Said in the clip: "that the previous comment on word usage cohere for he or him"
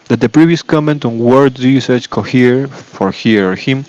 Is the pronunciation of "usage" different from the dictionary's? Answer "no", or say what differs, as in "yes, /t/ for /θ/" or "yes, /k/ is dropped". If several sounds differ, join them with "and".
yes, /tʃ/ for /dʒ/